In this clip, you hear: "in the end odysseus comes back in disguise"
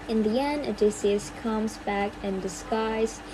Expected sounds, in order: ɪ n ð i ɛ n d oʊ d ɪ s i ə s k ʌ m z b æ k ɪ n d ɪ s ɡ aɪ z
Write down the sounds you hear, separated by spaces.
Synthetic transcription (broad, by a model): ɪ n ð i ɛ n oʊ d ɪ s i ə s k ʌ m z b æ k ɪ n d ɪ s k aɪ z